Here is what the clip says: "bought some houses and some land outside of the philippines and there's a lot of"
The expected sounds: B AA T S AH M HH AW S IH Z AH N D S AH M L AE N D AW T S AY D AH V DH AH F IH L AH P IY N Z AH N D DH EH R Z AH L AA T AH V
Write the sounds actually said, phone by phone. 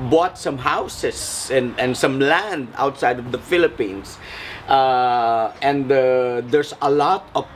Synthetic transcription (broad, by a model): B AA T S AH M HH AW S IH S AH N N S AH M L AE N D AW T S AY D AH V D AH F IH L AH P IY N S AH N D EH R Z AH L AA T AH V